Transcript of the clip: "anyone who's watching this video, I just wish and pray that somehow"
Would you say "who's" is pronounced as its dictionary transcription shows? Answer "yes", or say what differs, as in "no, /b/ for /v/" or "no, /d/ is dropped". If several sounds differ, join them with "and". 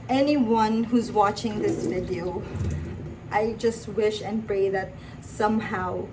yes